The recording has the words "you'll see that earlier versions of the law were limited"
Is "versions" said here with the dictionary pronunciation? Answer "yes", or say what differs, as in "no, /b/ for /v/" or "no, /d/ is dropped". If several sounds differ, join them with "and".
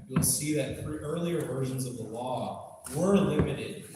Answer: yes